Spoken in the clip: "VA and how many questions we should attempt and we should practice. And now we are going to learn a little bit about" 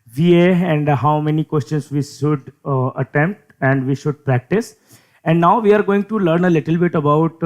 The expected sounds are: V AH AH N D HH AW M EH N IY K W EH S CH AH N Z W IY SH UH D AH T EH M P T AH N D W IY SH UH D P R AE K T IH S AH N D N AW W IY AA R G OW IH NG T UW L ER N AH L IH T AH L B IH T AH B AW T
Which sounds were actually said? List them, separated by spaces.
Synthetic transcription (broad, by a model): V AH AH N D HH AW M EH N IY K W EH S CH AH N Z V IY SH UH D AH T EH M P T AH N D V IY SH UH D P R AE K T IH S AH N D N AW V IY AA R G OW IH NG T UW L ER N AH L IH T AH L B IH T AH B AW T